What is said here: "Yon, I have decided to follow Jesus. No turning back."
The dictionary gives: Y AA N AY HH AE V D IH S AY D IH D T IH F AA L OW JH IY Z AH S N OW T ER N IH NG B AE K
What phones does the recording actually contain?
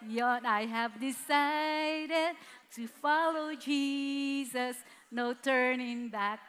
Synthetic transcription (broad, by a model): Y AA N AY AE V D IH S AY D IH D T IH F AA L OW JH IY Z AH S N OW T ER N IH NG B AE K